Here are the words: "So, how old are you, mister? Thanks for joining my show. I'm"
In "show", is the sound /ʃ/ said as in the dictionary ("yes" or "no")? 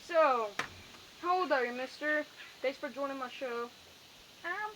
yes